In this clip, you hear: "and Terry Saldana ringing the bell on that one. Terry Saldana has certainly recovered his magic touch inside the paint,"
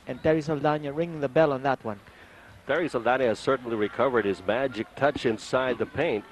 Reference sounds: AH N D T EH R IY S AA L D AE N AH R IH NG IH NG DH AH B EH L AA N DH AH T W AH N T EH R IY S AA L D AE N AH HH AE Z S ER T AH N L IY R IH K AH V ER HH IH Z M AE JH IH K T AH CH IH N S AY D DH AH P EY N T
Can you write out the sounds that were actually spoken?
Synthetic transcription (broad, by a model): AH N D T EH R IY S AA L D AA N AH R IH NG IH NG DH AH B EH L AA N DH AH T W AH N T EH R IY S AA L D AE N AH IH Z S ER T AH N L IY R IH K AH V ER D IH Z M AE JH IH K T AH CH IH N S AY D DH AH P EY N T